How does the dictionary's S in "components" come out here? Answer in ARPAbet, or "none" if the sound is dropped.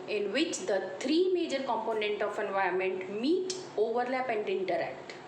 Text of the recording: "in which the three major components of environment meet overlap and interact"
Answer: none